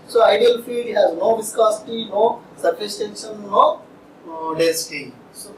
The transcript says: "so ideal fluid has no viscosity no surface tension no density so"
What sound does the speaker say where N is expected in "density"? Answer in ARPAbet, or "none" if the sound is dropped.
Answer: none